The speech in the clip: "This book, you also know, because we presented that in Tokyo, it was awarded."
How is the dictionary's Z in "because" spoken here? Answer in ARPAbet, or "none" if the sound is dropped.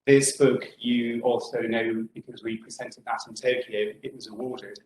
Z